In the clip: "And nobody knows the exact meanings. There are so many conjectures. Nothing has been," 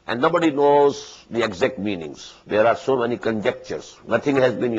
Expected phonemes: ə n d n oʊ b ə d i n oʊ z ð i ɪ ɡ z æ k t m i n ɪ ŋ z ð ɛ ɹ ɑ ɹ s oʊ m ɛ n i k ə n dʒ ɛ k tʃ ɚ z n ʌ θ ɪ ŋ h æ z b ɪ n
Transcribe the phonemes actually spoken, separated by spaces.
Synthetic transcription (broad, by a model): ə n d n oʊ b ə d i n oʊ z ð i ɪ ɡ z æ k t m i n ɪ ŋ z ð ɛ ɹ ɑ ɹ s oʊ m ɛ n i k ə n dʒ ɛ k tʃ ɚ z n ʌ t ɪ ŋ h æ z b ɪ n